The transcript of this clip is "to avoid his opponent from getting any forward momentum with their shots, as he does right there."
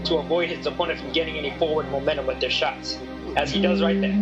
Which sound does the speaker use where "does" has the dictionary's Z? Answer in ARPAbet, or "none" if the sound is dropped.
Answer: Z